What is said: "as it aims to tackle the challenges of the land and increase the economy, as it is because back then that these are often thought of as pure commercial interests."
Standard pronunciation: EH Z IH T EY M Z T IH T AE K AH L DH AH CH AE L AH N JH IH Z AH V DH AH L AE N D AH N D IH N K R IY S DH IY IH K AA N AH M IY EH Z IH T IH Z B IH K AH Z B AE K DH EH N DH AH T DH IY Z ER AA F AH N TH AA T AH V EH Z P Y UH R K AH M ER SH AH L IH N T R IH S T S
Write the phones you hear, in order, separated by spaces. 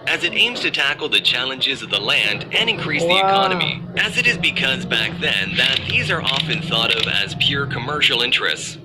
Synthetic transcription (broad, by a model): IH Z IH T EY M Z T IH T AE K L DH AH CH AE L AH N JH IH Z AH V DH AH L AE N D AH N IH N K R IY S DH IY IH K AA N AH M IY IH Z IH T IH Z B IH K AH Z B AE K DH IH N DH AH T DH IY Z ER AA F AH N TH AA T AH V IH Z P Y UH R K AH M ER SH L IH N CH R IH S T S